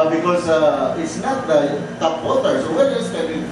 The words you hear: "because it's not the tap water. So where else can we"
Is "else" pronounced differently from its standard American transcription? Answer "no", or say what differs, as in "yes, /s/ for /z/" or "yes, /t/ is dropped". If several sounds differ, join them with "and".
yes, /l/ is dropped